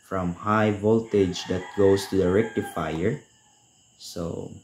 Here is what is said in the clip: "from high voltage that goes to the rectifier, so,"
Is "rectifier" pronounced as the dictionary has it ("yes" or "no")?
yes